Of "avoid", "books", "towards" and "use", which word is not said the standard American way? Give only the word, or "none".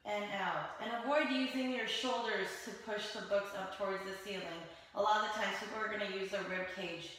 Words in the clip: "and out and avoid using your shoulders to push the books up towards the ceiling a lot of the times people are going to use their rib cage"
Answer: avoid